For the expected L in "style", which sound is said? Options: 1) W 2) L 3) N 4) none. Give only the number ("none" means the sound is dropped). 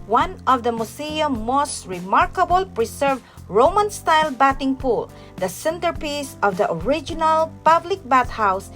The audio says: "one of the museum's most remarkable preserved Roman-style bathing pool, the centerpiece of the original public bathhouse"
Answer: 2